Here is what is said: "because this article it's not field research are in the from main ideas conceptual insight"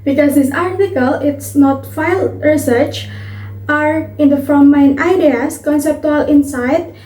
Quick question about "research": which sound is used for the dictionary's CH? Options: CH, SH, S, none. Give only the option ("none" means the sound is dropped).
CH